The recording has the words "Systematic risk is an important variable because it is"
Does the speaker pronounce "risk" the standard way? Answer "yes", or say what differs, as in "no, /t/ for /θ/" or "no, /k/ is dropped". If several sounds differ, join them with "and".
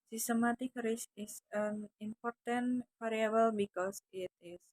no, /k/ is dropped